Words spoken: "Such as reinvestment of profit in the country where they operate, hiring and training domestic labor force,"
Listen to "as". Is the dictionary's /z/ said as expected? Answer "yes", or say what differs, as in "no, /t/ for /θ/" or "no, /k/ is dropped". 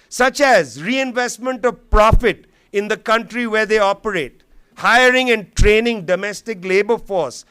yes